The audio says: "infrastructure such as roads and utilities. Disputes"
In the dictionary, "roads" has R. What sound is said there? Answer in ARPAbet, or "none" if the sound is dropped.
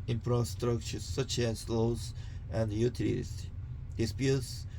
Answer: L